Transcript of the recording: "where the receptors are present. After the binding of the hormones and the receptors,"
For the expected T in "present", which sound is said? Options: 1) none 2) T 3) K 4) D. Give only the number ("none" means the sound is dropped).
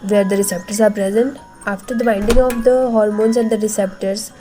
2